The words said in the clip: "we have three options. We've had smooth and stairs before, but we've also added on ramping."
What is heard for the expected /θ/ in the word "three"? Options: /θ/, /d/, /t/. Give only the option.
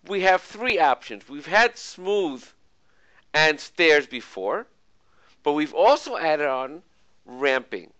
/θ/